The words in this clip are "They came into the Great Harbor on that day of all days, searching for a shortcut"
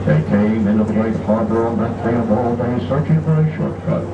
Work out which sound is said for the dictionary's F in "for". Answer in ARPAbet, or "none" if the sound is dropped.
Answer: F